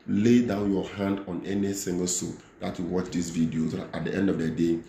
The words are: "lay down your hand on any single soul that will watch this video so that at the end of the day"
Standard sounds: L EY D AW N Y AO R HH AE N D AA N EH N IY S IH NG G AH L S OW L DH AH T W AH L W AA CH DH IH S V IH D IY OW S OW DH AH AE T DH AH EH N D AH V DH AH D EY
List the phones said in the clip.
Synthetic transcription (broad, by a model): L EY D AW N Y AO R HH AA N D AA N EH N IY S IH NG G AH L S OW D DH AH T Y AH W AA CH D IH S V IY D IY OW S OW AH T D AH EH N D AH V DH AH D EY